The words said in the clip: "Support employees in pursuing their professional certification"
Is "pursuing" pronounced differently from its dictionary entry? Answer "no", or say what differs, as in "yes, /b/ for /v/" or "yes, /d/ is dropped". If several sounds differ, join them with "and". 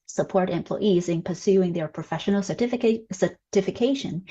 no